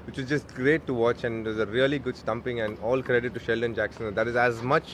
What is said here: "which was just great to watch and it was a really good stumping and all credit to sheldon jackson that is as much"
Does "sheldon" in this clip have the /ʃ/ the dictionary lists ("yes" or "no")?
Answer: yes